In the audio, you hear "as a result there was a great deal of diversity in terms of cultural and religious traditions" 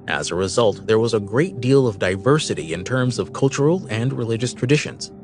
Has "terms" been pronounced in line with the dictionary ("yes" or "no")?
yes